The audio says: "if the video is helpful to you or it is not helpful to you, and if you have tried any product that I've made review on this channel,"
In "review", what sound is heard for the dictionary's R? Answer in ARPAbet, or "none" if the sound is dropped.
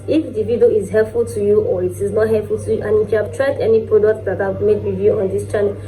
W